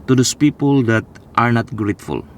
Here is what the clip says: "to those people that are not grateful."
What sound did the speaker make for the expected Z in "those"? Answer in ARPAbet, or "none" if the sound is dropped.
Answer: S